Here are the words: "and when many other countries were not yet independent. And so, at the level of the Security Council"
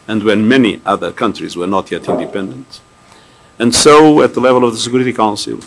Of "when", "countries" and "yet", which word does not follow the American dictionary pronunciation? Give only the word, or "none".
none